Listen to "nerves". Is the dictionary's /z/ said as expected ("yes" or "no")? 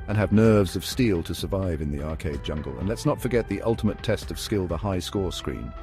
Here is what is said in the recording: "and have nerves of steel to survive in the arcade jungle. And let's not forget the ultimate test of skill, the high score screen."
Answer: yes